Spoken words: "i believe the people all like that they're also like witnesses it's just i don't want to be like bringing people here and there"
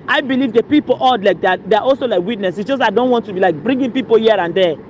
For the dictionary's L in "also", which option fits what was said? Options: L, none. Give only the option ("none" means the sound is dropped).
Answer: L